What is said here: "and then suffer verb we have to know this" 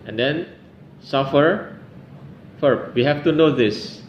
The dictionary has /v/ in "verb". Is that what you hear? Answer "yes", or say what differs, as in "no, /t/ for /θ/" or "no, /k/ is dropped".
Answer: no, /f/ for /v/